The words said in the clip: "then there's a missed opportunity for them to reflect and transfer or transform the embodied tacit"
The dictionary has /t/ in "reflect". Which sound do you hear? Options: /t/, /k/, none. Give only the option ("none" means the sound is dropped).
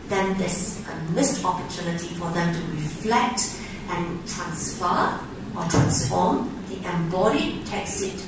/t/